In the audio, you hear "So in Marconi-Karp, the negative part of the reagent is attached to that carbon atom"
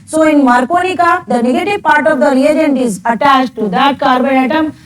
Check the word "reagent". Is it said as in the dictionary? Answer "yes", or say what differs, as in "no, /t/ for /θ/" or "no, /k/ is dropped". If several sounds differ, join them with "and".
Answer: yes